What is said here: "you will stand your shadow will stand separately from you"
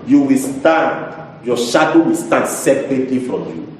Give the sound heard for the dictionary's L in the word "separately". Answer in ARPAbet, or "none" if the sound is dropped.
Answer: L